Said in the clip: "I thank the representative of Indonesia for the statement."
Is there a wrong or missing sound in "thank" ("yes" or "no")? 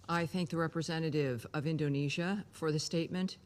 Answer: no